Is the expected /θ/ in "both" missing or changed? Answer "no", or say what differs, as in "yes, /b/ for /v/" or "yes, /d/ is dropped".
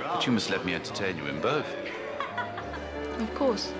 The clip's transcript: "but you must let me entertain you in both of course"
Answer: no